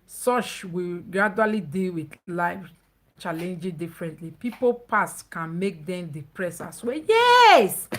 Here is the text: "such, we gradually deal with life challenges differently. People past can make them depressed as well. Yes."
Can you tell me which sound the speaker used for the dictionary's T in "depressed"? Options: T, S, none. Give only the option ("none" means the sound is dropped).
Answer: none